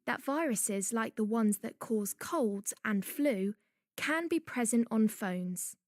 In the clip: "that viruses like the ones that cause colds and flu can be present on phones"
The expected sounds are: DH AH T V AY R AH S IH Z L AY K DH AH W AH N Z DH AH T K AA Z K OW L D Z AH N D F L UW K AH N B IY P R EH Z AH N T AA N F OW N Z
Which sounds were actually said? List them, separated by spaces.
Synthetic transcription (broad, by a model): DH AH T V AY R AH S IH Z L AY K DH AH W AH N Z DH AH T K AA Z K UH L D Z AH N F L UW K AH N B IY P R EH Z AH N T N F OW N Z